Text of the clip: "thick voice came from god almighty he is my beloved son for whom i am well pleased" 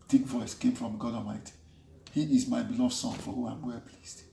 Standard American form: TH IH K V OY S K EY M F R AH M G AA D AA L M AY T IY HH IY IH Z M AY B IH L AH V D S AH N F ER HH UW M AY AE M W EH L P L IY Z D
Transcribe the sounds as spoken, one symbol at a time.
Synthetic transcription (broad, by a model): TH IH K V OY S K EY M F R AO M G AA D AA M AY T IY HH IY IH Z M AY B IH L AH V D S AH N F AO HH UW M AY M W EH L P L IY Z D